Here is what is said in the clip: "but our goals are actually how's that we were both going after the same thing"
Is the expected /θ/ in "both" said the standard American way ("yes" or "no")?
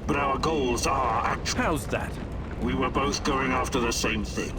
yes